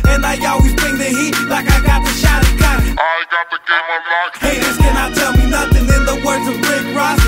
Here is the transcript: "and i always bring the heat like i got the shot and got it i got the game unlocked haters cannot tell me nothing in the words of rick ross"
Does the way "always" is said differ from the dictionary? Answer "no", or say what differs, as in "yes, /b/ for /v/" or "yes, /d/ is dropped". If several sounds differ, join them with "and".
no